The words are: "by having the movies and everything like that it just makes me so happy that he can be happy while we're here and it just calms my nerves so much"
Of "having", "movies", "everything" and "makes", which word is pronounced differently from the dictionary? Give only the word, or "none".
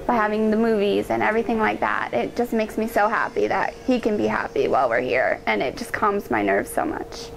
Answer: none